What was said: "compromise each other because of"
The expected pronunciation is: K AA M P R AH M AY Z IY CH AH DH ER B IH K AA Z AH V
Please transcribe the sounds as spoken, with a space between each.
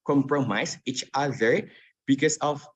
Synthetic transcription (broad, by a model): K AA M P R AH M AY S IY CH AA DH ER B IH K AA S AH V